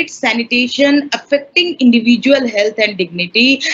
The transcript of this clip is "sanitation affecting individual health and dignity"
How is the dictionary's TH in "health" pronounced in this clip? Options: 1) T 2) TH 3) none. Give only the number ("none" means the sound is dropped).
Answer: 1